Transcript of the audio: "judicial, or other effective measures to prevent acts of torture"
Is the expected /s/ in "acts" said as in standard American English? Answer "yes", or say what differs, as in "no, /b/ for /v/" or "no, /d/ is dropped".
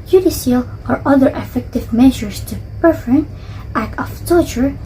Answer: no, /s/ is dropped